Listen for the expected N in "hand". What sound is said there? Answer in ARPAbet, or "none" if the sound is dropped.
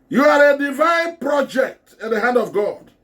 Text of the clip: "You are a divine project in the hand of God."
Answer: N